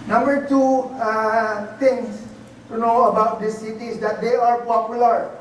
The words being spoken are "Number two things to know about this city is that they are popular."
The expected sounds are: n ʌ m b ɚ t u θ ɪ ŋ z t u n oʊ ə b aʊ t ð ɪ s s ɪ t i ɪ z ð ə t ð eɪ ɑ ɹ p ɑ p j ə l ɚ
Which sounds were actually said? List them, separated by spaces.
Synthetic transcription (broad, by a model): n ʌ m b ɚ t u t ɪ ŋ s t u n oʊ ə b aʊ t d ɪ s s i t i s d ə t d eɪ ɑ ɹ p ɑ p j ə l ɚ